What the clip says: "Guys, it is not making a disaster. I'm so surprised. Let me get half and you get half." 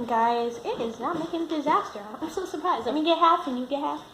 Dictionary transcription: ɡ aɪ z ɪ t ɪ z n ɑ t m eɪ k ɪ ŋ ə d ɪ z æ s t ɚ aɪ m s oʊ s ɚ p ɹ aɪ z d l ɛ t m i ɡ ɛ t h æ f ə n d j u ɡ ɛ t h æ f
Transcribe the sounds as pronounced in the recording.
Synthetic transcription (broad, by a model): ɡ aɪ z ɪ t ɪ z n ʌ t m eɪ k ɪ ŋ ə d ɪ z æ s t ɚ aɪ m s oʊ s ɚ p ɹ aɪ z d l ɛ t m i ɡ ɛ t h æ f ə n j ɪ ɡ ɛ t h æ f